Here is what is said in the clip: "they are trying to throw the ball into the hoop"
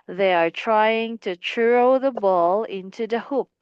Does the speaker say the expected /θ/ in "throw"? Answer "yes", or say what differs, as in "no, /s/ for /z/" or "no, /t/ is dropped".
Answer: no, /t/ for /θ/